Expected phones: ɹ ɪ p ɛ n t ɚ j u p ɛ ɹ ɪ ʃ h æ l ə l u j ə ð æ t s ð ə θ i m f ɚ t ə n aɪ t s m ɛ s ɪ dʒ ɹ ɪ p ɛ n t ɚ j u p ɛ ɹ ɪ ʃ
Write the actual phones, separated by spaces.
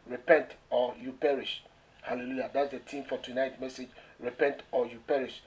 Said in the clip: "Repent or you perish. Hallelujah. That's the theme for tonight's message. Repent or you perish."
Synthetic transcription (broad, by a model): ɹ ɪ p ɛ n t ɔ j u p ɛ ɹ ɪ ʃ h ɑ l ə l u j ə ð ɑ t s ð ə t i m f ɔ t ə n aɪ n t m ɛ s ɪ dʒ ɹ ɪ p ɛ n t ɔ j u p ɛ ɹ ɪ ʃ